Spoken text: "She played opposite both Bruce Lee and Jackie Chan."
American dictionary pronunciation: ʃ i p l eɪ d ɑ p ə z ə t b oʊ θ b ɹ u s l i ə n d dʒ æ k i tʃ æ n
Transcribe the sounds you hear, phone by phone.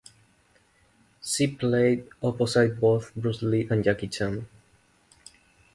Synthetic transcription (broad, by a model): s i p l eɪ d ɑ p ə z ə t b oʊ θ b ɹ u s l i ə n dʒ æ k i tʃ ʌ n